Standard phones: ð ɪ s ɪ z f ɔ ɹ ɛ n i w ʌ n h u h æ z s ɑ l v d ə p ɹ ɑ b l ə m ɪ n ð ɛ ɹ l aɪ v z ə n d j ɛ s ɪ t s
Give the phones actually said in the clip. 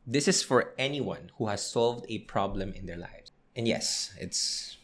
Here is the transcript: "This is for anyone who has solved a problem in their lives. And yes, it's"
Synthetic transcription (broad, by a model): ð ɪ s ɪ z f ɔ ɹ ɛ n i w ʌ n h u h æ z s ɑ l v d ə p ɹ ɑ b l ə m ɪ n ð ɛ ɹ l aɪ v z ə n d j ɛ s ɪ t s